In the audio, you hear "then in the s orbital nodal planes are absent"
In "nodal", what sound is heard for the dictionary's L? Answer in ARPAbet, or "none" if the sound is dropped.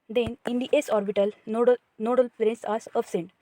L